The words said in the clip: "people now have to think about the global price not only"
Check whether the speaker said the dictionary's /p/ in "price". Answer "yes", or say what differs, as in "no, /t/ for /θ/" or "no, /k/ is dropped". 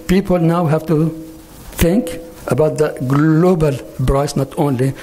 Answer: no, /b/ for /p/